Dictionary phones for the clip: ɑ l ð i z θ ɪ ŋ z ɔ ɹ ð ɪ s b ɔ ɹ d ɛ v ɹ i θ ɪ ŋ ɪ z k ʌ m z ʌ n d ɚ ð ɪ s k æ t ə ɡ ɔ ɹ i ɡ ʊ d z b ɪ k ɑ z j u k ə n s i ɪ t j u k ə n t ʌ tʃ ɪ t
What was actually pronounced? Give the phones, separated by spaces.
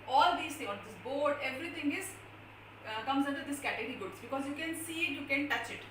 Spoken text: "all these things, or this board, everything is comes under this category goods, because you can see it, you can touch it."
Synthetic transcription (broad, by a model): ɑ l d i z t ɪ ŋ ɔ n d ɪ s b ɔ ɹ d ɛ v ɹ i t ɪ ŋ ɪ z k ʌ m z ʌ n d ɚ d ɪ s k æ t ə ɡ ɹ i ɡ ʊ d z b ɪ k ɑ z j u k ə n s i ɪ t j u k ə n t ʌ tʃ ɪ t